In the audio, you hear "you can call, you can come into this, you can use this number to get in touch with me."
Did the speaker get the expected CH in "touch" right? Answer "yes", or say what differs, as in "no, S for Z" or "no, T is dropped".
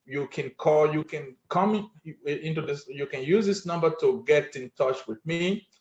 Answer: yes